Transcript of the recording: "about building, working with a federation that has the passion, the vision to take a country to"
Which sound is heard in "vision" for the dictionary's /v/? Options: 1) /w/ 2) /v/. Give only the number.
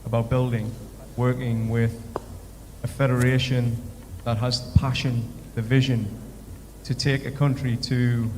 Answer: 2